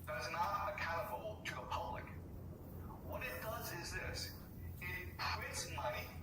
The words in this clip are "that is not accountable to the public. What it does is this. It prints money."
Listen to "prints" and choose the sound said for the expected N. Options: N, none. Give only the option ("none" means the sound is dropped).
none